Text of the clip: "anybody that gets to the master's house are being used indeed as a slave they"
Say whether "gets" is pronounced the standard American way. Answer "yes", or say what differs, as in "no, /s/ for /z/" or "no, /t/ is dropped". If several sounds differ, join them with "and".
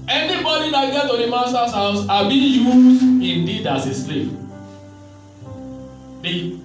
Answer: no, /s/ is dropped